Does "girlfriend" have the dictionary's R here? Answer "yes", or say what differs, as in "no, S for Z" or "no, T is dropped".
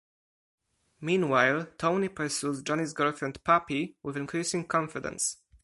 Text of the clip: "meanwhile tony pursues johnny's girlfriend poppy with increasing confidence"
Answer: no, R is dropped